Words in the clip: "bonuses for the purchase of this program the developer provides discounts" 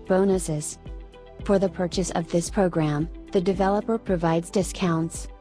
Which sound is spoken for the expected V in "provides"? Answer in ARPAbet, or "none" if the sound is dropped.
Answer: V